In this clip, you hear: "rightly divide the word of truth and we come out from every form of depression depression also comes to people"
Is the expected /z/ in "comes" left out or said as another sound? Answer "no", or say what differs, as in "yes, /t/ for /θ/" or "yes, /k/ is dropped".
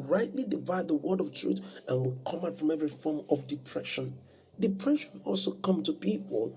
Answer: yes, /z/ is dropped